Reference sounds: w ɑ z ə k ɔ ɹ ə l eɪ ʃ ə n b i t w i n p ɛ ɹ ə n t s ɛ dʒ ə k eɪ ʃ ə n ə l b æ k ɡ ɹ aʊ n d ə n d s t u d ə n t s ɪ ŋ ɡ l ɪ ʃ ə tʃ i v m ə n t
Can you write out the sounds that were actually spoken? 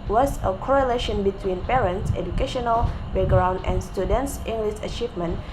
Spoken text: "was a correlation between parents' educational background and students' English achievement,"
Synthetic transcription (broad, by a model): w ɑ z ə k ɔ ɹ ə l eɪ ʃ ə n b i t w i n p ɛ ɹ ə n t s ɛ dʒ ə k eɪ ʃ ə n ə l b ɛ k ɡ ɹ aʊ n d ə n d s t u d ə n t s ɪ ŋ ɡ l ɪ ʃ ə tʃ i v m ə n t